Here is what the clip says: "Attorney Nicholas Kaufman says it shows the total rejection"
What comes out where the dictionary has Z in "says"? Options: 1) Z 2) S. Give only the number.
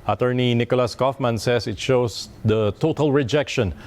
2